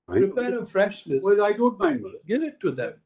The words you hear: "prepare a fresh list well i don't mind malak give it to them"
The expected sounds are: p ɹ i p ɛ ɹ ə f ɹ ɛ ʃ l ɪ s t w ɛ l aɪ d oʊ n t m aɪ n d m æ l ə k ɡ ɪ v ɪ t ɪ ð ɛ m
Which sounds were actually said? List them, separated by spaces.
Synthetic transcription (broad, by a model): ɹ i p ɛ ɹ ə f ɹ ɛ ʃ n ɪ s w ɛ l aɪ d oʊ n t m aɪ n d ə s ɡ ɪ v ɪ t ɪ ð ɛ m